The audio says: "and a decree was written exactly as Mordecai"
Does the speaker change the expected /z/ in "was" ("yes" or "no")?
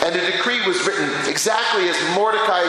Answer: no